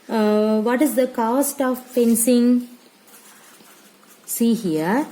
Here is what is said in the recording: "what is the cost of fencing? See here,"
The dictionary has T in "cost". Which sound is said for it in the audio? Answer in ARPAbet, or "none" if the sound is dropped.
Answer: T